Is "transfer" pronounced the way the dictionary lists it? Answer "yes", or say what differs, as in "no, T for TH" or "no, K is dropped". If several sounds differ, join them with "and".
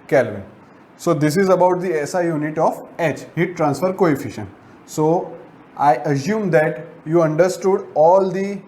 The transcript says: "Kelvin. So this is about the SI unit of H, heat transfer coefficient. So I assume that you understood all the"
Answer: yes